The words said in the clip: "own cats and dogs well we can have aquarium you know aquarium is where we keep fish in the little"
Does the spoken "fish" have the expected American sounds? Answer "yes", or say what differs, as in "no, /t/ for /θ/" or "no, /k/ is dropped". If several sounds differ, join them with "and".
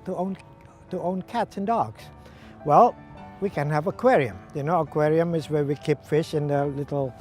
yes